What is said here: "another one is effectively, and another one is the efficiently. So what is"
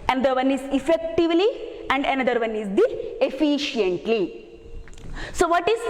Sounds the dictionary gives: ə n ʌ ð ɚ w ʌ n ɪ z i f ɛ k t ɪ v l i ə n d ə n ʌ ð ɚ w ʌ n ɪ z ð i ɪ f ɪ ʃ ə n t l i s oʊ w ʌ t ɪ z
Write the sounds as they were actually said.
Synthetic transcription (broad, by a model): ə n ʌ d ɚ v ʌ n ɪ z i f ɛ k t ɪ v l i ə n d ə n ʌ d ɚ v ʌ n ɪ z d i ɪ f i ʃ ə n t l i s oʊ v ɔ t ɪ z